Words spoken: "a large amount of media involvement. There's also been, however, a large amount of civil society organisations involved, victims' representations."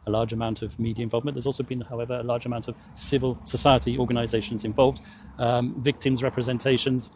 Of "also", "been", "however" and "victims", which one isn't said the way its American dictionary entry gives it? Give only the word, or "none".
none